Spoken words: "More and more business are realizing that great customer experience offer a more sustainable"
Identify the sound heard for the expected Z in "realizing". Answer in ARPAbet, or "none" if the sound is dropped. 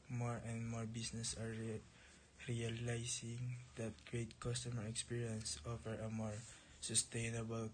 S